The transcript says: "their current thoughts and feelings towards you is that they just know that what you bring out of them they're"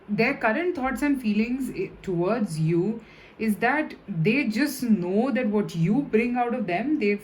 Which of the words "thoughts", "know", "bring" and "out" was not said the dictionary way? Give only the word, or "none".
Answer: thoughts